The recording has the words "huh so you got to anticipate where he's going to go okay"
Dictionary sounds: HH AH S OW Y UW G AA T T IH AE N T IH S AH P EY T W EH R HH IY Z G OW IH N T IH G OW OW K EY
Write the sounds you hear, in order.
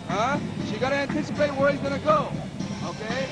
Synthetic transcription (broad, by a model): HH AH SH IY G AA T T IH AE N T IH S AH P EY T W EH R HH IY Z G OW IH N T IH G OW OW K EY